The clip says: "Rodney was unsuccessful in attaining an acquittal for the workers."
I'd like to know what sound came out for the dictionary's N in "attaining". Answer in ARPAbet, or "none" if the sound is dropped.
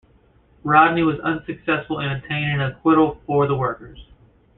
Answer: none